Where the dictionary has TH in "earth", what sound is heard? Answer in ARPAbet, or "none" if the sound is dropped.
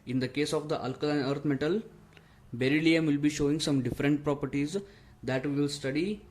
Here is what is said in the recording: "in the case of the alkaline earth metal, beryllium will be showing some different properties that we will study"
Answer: T